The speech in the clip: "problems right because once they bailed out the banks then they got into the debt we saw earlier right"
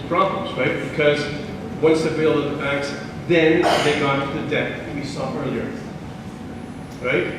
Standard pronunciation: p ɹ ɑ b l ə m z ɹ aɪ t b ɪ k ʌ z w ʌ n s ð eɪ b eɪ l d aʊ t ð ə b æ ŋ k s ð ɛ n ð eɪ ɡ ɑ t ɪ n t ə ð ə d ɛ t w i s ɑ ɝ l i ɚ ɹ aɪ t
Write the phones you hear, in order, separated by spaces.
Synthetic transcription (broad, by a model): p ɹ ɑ b l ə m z ɹ aɪ t b ɪ k ʌ z w ʌ n s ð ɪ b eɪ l ʌ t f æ k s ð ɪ n ð eɪ ɡ ɑ t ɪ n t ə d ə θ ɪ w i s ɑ ɝ l i ɚ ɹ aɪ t